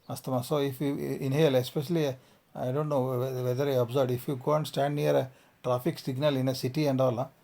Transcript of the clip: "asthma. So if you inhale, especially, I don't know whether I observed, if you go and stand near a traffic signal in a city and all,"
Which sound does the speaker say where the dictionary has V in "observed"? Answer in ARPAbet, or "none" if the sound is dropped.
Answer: none